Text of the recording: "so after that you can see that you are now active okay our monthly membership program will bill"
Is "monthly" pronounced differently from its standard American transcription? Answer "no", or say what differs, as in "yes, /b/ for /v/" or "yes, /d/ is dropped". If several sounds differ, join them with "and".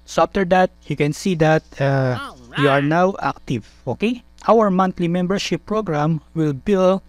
yes, /t/ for /θ/